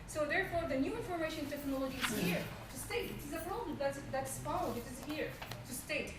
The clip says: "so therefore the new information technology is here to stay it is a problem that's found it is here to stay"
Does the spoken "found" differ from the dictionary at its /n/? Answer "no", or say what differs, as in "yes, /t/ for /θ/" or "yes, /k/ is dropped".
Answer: yes, /n/ is dropped